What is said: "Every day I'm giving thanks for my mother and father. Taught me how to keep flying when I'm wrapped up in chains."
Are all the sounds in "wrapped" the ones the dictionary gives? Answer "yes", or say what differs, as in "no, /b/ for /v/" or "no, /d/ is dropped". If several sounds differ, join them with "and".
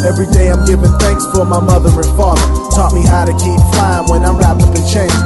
no, /p/ is dropped